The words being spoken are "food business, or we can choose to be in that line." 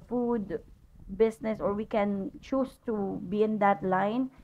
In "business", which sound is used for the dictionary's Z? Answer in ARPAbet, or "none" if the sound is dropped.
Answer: S